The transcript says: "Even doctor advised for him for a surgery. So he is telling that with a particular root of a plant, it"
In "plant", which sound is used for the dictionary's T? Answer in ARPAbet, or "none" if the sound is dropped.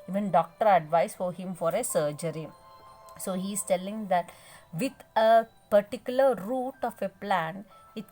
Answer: none